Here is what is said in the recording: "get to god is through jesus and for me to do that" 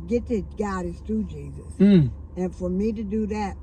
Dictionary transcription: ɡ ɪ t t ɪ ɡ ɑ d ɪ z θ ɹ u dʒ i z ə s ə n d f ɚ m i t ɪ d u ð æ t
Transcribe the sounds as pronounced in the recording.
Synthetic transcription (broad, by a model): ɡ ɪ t t ɪ ɡ ɑ d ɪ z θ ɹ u dʒ i z ə s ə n f ɚ m i t ɪ d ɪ ð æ t